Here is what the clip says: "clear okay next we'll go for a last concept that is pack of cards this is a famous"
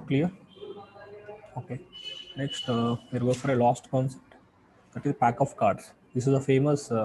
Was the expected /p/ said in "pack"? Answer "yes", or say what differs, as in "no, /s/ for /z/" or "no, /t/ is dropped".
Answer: yes